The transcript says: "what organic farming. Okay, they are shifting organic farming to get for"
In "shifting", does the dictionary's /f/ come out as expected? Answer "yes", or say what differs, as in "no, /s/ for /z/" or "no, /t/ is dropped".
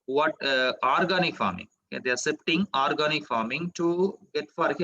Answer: no, /p/ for /f/